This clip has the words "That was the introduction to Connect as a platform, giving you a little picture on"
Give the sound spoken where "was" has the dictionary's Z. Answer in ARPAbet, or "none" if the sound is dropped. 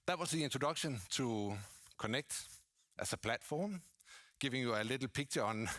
S